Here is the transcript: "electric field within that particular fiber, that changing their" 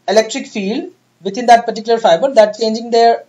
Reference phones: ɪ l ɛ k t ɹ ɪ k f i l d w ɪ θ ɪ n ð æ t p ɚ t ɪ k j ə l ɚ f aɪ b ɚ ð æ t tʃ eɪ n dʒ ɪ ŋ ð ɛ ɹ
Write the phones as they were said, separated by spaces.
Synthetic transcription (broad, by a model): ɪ l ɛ k t ɹ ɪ k f i l d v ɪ t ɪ n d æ t p ɚ t ɪ k j ə l ɚ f aɪ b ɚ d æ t tʃ eɪ n dʒ ɪ ŋ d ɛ ɹ